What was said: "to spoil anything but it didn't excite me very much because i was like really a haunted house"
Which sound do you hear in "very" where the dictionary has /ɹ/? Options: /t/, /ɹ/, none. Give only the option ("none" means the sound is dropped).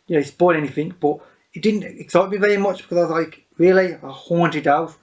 /ɹ/